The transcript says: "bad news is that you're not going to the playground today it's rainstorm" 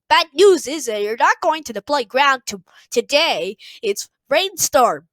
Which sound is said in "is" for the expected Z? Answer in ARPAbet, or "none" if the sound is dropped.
Z